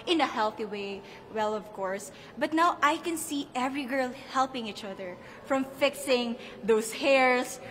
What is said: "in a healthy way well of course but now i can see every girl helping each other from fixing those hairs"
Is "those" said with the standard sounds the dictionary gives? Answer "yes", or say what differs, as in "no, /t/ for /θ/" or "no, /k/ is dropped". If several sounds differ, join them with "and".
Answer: no, /s/ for /z/